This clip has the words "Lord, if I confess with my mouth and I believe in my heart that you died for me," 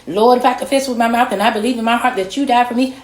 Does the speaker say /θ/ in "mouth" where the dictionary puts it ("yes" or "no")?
yes